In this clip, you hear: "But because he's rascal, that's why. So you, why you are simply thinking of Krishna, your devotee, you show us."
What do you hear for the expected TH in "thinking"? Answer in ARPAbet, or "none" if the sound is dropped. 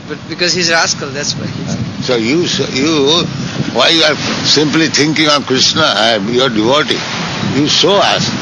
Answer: T